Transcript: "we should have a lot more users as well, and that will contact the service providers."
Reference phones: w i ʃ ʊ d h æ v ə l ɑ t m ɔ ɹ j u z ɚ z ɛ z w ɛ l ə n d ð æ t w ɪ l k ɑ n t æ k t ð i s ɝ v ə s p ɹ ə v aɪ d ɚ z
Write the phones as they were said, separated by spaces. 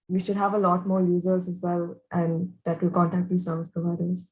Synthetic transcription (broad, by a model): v i ʃ ʊ d h æ v ə l ɑ t m ɔ ɹ j u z ɚ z ɛ z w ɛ l ə n d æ t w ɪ l k ɑ n t æ k t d i s ɝ v ə s p ɹ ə v aɪ d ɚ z